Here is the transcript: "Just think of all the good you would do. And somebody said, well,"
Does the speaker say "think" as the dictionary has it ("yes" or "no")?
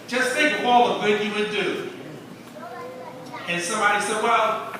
no